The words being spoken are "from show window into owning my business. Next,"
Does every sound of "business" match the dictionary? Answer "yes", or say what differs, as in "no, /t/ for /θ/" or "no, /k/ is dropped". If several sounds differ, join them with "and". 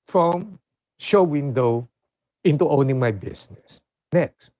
no, /s/ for /z/